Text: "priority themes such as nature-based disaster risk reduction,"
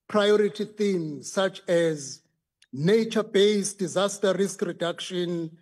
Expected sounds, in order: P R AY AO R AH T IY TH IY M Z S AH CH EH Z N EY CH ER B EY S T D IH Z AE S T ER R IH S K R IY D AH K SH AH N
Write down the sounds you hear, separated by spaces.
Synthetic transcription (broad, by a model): P R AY AO R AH T IY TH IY M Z S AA CH EH Z N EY CH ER B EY S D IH Z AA S T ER R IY S K R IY D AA K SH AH N